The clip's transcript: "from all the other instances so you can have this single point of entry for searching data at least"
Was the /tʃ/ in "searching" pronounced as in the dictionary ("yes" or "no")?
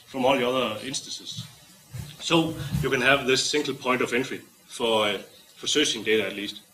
no